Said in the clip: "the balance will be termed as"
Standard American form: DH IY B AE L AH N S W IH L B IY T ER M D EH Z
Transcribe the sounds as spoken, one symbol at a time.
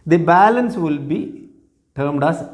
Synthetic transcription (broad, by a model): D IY B AE L AH N S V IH L B IY T ER M D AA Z